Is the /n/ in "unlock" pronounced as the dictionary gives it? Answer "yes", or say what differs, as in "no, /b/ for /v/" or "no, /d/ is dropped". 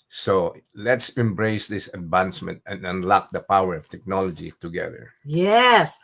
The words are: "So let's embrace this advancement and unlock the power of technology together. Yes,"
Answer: yes